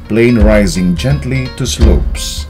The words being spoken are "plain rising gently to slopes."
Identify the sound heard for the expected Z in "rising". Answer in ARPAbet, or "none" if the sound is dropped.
Z